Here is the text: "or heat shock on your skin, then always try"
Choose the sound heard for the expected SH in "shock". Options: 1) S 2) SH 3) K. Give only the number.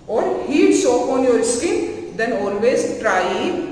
1